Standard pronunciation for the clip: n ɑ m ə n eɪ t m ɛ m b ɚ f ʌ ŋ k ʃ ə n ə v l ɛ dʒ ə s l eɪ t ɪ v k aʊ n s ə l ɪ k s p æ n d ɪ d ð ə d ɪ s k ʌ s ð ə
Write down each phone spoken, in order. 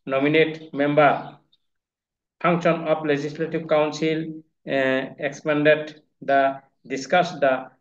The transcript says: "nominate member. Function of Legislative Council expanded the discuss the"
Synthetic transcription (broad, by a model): n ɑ m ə n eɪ t m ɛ m b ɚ p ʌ ŋ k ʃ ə n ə p l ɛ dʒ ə s l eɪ t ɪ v k aʊ n s ə l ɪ k s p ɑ n d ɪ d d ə d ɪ s k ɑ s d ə